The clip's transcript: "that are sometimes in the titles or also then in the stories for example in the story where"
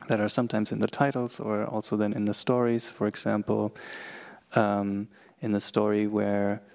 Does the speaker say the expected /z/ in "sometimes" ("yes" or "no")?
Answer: yes